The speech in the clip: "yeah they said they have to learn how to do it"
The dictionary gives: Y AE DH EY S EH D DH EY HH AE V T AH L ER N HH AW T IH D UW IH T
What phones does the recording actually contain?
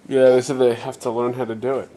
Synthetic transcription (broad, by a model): Y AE DH EY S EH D DH EY HH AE F T AH L ER N HH AW T IH D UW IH T